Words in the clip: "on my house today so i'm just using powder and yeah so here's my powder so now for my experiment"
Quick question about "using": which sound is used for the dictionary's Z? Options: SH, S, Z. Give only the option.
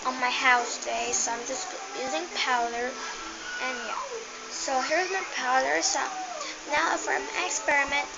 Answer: Z